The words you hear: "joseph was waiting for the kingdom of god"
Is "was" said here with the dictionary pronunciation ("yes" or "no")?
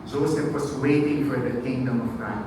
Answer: no